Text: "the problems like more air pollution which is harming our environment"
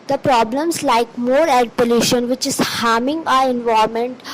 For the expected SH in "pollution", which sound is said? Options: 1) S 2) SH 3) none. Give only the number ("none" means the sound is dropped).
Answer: 2